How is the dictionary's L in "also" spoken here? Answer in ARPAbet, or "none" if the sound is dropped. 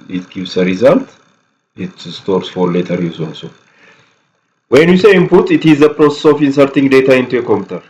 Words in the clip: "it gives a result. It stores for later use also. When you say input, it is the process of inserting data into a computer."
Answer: N